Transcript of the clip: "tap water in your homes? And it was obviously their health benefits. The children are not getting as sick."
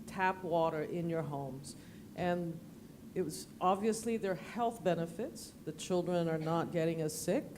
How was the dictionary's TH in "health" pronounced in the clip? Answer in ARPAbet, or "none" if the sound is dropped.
TH